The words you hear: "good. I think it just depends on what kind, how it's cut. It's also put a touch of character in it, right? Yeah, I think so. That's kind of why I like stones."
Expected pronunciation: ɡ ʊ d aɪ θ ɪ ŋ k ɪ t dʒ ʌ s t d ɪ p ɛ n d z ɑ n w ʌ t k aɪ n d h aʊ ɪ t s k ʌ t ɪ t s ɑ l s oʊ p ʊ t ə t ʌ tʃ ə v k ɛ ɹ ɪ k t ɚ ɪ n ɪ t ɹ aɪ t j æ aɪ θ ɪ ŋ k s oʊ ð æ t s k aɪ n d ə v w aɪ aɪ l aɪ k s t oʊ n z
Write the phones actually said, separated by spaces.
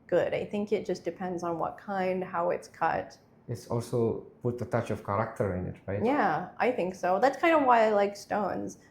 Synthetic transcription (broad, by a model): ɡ ʊ d aɪ θ ɪ ŋ k ɪ t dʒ ʌ s d ɪ p ɛ n d z n w ʌ t k aɪ n d h aʊ ɪ t s k ʌ t ɪ t s ɑ l s oʊ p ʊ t ə t ʌ tʃ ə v k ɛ ɹ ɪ k t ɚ ɪ n ɪ t ɹ aɪ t j æ aɪ θ ɪ ŋ k s oʊ ð æ t s k aɪ n d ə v w aɪ aɪ l aɪ k s t oʊ n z